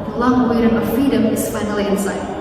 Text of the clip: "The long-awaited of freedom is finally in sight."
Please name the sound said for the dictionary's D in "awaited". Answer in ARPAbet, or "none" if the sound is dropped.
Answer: none